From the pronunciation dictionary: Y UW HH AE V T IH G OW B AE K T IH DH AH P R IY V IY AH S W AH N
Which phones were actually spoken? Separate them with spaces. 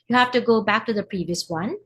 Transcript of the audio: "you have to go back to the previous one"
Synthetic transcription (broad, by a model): Y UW HH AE F T IH G OW B AE K T IH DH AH P R IY V IY AH S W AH N